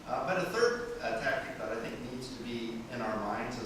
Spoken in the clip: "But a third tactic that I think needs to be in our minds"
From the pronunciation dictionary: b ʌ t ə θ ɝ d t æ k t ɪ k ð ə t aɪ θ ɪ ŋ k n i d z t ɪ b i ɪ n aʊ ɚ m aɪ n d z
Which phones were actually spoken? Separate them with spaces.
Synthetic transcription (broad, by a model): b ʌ t ə θ ɝ d t æ k t ɪ k ð ə t aɪ θ ɪ ŋ k n i d z t ɪ b i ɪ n aʊ ɚ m aɪ n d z